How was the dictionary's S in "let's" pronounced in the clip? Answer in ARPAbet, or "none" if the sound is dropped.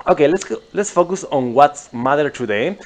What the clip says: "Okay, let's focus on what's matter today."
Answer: S